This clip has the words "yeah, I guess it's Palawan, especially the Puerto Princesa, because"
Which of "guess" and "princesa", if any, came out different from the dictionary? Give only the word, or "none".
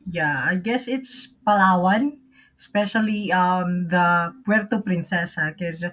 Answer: none